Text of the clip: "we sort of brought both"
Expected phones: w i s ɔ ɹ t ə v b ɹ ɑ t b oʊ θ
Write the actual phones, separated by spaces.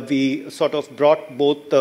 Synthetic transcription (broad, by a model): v i s ɔ ɹ t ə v b ɹ ɑ t b oʊ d